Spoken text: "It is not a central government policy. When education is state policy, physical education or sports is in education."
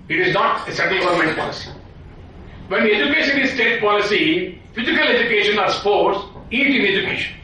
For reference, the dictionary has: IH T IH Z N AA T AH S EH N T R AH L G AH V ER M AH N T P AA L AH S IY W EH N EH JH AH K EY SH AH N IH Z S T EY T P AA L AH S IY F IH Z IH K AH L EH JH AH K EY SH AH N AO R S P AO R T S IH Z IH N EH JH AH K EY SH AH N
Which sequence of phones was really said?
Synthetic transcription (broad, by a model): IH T IH Z N AA T AH S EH T AH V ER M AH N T P AA L AH S IY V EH N EH JH AH K EY SH AH N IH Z S T EY T P AA L AH S IY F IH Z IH K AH L EH JH AH K EY SH AH N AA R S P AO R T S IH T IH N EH JH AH K EY SH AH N